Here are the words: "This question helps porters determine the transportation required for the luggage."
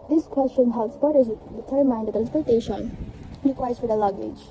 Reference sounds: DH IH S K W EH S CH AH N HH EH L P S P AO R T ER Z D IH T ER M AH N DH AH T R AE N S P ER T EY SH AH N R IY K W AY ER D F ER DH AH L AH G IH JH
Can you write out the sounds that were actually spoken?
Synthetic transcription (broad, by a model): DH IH S K W EH S CH AH N HH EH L S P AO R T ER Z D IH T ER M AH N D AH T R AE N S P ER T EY SH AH N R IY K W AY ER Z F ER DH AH L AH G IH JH